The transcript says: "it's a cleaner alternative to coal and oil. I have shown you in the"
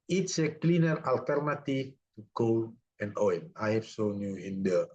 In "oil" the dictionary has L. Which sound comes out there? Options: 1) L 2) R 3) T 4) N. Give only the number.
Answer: 4